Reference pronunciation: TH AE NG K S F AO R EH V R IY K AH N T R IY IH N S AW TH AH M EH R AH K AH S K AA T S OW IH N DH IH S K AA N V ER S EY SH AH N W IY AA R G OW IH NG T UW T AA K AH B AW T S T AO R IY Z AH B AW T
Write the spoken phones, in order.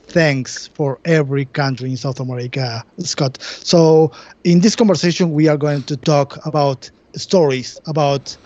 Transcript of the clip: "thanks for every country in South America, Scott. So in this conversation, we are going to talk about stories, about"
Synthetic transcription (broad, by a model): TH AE NG K S F AO R EH V R IY K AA N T R IY IH N S AW TH AH M EH R AH K AH S K AA T S OW IH N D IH S K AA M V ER S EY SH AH N W IY AA R G OW IH NG T UW T AA K AH B AW T S T AO R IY S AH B AW T